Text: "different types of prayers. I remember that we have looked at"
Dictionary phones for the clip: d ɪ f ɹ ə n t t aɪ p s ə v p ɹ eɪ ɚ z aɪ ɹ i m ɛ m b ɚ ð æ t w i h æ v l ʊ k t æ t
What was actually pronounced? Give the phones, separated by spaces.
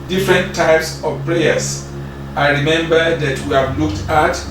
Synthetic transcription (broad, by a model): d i f ɹ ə n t t aɪ p s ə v p ɹ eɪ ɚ s aɪ ɹ i m ɛ m b ɚ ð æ t w i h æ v l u k t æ t